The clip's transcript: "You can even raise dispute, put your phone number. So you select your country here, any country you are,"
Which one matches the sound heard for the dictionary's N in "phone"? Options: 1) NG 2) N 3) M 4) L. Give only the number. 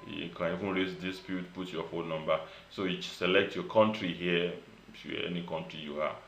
4